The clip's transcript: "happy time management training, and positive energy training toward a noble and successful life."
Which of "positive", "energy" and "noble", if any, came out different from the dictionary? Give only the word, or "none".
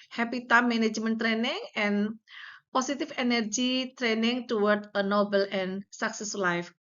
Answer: positive